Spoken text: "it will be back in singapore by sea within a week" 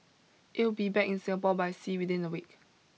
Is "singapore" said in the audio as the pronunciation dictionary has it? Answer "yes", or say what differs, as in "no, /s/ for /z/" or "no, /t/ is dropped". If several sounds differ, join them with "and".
no, /l/ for /ɹ/